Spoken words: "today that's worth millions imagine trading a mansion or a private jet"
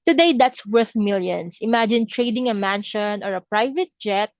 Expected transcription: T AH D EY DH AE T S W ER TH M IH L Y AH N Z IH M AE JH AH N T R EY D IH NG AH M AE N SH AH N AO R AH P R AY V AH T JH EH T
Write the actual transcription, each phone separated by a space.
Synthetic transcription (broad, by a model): T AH D EY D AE T S W ER TH M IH L Y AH N S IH M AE JH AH N T R EY D IH NG AH M AE N SH AH N AO R AH P R AY V AH T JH EH T